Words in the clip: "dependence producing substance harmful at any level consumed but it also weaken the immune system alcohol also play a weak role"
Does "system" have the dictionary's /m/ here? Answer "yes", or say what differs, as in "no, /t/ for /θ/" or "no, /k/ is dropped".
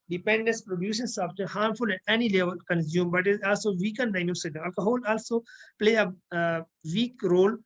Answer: no, /m/ is dropped